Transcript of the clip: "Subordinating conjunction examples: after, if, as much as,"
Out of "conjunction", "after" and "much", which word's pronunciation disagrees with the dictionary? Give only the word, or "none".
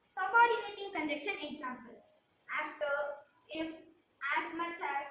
conjunction